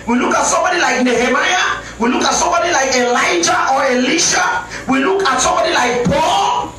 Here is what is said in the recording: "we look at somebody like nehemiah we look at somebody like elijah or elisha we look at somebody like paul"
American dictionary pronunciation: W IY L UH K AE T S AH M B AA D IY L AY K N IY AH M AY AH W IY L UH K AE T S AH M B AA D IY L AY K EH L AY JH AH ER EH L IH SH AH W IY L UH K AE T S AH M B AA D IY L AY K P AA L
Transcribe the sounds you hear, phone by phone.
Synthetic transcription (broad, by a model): W IY L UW K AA T S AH M B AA D IY L AY K N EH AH M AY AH W IY L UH K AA T S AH M B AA D IY L AY K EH L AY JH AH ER EH L IH SH AH W IY L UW K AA T S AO M B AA D IY L AY K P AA L